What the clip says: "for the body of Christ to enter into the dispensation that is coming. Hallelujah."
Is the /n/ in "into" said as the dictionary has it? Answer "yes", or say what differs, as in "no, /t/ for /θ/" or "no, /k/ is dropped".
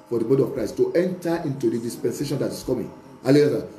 yes